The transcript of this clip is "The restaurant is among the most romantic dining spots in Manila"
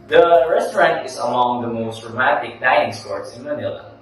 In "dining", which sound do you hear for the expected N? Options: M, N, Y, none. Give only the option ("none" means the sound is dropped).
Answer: none